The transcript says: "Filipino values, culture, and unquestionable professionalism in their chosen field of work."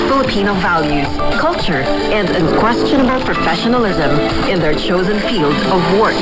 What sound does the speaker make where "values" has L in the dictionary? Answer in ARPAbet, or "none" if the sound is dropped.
L